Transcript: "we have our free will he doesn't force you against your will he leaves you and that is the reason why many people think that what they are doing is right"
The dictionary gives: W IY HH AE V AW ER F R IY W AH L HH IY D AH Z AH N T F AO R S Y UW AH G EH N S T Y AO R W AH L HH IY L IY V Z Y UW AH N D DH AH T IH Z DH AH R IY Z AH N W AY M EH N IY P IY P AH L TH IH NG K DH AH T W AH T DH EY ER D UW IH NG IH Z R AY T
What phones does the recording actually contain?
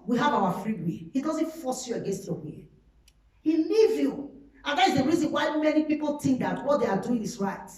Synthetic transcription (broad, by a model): W IY HH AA V AW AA F R IY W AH HH IY D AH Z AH N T F AO S Y UW AH G EH N S T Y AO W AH HH IY L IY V Y UW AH N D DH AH T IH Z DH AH R IY Z AH N W AY M EH N IY P IY P AH L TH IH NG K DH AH T W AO T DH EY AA D UW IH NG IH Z R AY T